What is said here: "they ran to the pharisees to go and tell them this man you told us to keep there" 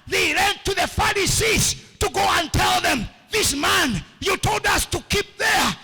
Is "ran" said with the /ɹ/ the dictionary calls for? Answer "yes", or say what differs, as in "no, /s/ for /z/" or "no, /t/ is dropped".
no, /l/ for /ɹ/